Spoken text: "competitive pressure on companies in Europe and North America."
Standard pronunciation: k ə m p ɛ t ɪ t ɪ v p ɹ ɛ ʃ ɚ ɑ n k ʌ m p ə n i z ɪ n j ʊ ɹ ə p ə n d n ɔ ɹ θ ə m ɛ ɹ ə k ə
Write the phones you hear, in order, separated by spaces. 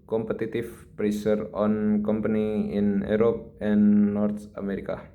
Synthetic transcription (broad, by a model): k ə m p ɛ t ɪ t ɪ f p ɹ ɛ s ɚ ɑ n k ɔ m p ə n i ɪ n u ɹ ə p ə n n ɔ ɹ t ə m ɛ ɹ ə k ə